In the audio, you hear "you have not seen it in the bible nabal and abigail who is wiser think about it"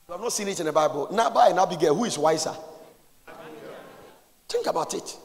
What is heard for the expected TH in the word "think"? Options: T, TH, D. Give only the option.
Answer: T